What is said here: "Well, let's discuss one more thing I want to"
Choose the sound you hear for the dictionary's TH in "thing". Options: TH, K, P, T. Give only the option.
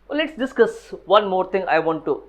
T